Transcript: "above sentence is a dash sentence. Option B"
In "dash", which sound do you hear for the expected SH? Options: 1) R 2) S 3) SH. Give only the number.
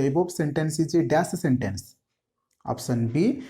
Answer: 2